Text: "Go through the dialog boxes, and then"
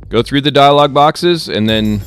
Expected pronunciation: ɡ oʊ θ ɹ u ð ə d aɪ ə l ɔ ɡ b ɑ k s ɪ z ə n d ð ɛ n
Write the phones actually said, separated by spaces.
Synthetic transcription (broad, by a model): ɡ oʊ θ ɹ u ð ə d aɪ ə l ɔ ɡ b ɑ k s ɪ z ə n ð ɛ n